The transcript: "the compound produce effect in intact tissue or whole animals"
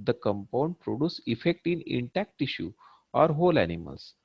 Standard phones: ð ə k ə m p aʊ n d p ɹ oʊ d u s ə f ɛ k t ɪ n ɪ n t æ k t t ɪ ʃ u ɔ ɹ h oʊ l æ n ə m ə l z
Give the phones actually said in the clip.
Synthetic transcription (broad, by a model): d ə k ə m p aʊ n d p ɹ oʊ d u s ə f ɛ k t ɪ n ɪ n t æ k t t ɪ ʃ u ɔ ɹ h oʊ l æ n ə m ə l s